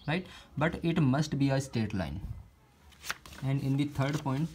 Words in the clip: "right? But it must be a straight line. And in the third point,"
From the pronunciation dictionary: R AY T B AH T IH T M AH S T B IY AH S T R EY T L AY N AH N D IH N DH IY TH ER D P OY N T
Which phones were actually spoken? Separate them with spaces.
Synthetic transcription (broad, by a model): R AY T B AH T IH T M AH S T B IY AH S T EY T L AY N AH N D IH N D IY T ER D P OY N T